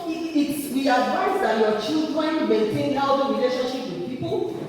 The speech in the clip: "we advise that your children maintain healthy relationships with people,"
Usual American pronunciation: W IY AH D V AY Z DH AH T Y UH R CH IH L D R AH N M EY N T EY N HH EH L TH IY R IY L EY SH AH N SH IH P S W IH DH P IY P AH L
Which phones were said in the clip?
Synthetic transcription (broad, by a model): W IY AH D V AY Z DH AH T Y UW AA CH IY L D R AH N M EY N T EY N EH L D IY R IY L EY SH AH N SH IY P W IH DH P IY P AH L